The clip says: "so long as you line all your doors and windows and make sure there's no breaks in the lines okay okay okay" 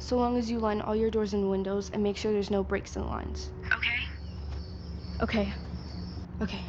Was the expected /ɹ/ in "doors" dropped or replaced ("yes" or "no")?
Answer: no